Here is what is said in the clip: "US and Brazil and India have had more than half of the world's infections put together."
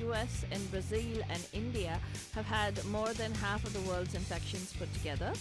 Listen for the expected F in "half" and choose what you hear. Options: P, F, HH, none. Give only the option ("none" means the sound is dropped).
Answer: F